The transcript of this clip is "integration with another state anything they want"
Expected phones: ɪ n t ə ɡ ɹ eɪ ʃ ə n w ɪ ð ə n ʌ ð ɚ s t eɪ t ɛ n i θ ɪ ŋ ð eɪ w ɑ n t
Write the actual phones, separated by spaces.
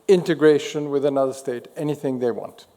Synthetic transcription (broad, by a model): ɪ n t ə ɡ ɹ eɪ ʃ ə n w ɪ ð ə n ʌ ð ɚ s t eɪ t ɛ n i θ ɪ ŋ ð eɪ w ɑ n t